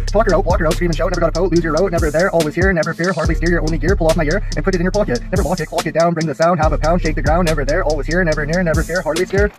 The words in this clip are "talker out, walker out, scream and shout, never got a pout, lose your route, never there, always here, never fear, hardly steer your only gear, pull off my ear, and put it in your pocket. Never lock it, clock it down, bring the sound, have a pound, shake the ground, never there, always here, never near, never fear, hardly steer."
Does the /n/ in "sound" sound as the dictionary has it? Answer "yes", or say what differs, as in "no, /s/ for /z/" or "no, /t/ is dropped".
yes